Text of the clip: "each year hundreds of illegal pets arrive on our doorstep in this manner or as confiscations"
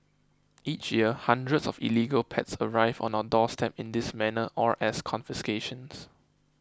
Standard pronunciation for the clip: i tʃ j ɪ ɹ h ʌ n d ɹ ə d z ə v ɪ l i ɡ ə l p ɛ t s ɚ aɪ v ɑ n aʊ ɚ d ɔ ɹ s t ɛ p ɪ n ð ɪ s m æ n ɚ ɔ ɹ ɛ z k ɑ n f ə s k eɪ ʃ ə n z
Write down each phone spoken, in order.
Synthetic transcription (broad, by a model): i tʃ j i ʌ h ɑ n d ɹ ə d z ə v ɪ l i ɡ ə l p ɛ t s ɚ aɪ v ɑ n aʊ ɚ d ɔ s t ɛ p ɪ n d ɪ s m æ n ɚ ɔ ɹ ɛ s k ɑ n f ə s k eɪ ʃ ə n s